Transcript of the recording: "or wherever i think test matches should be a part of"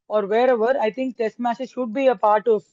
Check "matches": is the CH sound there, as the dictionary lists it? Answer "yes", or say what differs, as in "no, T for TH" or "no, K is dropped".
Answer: no, S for CH